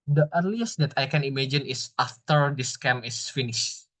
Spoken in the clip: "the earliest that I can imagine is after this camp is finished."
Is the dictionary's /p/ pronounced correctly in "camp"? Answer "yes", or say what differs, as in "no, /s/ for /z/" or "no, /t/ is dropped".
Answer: no, /p/ is dropped